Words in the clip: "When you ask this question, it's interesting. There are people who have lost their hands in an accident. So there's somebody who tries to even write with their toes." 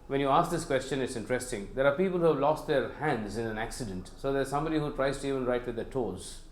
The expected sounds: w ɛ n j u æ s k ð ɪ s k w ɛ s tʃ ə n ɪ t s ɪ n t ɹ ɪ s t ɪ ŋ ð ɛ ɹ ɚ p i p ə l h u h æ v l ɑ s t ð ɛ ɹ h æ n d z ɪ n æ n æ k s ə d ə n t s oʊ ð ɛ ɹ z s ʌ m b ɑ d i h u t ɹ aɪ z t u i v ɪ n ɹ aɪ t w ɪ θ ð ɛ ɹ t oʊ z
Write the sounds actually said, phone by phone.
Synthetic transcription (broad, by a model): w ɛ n j u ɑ s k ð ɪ s k w ɛ s tʃ ə n ɪ t s ɪ n t ɹ ɪ s t ɪ ŋ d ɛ ɹ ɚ p i p ə l h u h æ v l ɑ s t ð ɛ ɹ h æ n d z ɪ n æ n æ k s ə d ə n t s oʊ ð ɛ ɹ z s ʌ m b ɑ d i h u t ɹ aɪ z t u i v ɪ n ɹ aɪ t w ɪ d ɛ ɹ t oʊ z